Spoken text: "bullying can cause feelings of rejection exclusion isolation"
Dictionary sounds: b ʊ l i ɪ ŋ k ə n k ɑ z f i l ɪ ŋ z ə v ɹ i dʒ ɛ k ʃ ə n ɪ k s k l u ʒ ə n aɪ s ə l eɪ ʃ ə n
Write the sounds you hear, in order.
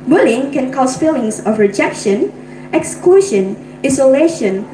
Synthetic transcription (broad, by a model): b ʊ l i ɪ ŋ k ə n k ɑ s f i l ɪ ŋ s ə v ɹ i dʒ ɛ k ʃ ə n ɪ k s k u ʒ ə n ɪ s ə l eɪ ʃ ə n